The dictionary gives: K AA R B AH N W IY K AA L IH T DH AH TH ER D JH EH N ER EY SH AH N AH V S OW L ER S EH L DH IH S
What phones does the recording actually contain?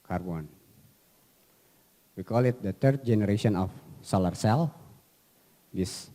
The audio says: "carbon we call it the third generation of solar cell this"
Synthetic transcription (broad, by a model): K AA R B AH N W IY K AA L IH T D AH T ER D JH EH N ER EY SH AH N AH F S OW L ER S EH L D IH S